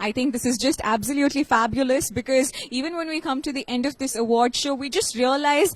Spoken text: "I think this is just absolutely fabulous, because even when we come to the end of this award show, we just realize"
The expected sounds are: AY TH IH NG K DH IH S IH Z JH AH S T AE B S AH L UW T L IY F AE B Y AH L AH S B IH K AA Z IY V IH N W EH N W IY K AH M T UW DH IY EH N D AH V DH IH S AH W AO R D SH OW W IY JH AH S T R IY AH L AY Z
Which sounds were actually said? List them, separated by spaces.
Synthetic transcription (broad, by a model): AY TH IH NG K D IH S IH Z JH AH S T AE B S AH L UW T L IY F AE B Y AH L AH S B IH K AA Z IY V IH N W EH N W IY K AH M T UW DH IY EH N D AH V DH IH S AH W AO R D SH OW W IY JH AH S T R IY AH L AY Z